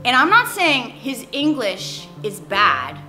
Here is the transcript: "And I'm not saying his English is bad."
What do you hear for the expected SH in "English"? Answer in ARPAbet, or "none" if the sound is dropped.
SH